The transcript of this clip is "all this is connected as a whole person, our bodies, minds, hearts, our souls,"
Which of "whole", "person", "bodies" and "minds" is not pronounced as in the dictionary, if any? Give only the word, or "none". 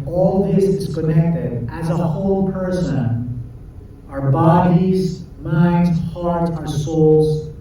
none